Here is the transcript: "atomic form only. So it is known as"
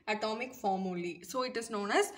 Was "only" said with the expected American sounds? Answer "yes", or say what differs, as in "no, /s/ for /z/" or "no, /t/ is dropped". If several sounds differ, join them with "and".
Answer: no, /n/ is dropped